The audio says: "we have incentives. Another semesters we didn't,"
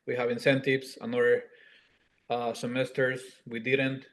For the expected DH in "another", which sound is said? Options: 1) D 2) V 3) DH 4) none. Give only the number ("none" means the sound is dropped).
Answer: 4